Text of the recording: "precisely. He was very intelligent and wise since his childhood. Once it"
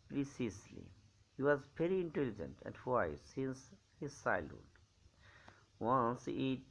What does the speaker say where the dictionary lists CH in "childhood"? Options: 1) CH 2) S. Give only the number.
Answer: 2